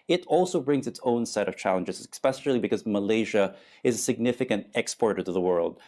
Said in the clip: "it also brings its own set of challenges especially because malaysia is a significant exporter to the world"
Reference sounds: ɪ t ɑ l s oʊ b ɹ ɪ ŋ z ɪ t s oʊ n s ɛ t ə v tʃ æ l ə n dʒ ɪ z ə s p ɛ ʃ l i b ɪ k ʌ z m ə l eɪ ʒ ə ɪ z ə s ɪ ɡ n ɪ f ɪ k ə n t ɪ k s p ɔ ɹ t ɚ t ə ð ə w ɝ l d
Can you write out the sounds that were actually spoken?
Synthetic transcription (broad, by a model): ɪ t ɑ l s oʊ b ɹ ɪ ŋ z ɪ t s oʊ n s ɛ t ə v tʃ æ l ə n dʒ ɪ z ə s p ɛ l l i b ɪ k ʌ z m ə l eɪ ʒ ə ɪ z ə s ɪ ɡ n ɪ f ɪ k ə n t ɪ k s p ɔ ɹ t ɚ t ə ð ə w ɝ l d